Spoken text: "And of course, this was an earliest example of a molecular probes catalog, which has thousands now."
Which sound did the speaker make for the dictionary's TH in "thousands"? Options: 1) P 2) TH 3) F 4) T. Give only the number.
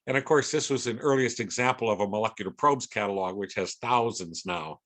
2